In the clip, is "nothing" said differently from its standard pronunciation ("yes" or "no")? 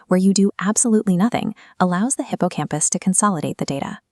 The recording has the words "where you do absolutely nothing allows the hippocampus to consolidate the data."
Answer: no